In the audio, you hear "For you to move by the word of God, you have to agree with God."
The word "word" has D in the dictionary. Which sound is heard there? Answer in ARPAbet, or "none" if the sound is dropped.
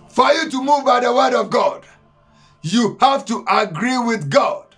D